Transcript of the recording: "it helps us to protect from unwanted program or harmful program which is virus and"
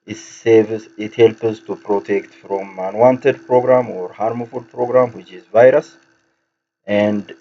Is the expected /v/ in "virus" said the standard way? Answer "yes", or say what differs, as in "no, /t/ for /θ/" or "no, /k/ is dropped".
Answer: yes